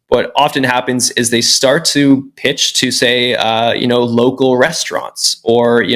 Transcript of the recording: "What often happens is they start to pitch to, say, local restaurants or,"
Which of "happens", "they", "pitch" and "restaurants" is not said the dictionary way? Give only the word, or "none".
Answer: none